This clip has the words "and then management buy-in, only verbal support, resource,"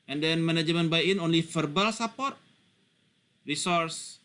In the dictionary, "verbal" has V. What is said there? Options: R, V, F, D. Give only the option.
F